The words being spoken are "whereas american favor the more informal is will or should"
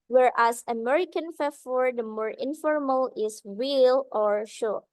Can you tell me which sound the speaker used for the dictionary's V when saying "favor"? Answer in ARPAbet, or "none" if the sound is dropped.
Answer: F